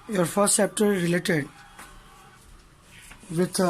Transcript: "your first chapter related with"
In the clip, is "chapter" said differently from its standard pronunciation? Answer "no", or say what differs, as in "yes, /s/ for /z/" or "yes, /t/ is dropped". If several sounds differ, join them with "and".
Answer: yes, /s/ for /tʃ/